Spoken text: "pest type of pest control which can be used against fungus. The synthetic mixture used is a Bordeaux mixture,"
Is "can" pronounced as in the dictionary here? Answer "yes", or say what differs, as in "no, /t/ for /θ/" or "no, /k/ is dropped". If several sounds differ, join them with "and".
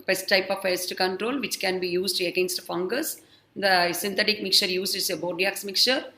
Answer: yes